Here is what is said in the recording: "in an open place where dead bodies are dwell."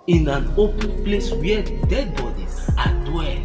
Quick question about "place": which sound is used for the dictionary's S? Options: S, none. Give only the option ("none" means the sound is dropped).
S